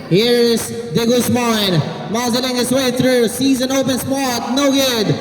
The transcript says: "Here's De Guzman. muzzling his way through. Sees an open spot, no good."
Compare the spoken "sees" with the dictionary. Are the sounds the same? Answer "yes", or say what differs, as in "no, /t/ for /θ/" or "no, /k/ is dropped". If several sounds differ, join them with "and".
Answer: yes